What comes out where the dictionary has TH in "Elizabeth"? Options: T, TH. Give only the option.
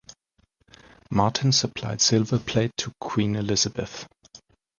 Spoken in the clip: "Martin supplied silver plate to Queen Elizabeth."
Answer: TH